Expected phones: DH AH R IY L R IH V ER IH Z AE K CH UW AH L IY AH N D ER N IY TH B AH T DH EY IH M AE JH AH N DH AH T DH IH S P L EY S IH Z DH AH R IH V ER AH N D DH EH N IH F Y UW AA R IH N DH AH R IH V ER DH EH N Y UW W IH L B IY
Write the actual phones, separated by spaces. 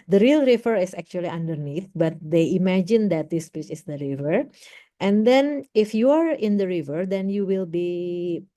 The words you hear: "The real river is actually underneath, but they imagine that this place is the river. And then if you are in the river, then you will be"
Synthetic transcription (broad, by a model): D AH R IY L R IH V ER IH S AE K CH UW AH L IY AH N D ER N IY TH B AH T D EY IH M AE JH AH N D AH T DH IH S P IY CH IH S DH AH R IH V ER AH N D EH N IH F Y UW AA R IH N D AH R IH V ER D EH N Y UW W IH L B IY